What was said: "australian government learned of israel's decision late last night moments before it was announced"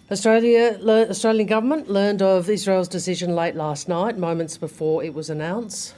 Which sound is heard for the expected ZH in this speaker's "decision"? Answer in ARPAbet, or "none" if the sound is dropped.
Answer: ZH